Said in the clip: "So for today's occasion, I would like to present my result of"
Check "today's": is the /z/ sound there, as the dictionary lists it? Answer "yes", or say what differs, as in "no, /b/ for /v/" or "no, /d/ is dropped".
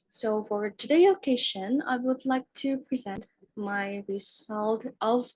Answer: no, /z/ is dropped